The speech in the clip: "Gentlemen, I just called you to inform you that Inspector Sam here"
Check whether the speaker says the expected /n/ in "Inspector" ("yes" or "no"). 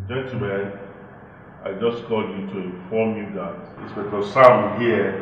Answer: no